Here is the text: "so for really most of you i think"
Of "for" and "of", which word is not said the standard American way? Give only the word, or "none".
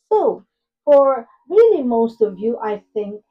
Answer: none